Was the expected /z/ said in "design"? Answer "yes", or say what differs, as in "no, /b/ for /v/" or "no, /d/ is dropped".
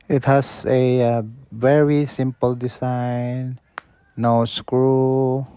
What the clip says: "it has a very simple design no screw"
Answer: no, /s/ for /z/